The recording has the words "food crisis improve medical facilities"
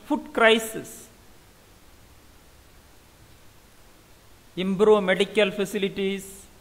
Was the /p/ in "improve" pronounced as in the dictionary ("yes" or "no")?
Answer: no